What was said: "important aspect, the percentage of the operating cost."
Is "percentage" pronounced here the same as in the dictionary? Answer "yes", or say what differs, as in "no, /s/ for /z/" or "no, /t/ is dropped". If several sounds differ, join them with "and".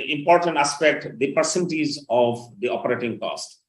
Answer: no, /l/ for /n/ and /z/ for /dʒ/